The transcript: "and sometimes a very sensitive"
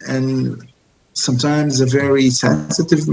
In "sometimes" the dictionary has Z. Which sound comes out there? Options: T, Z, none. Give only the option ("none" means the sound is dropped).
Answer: Z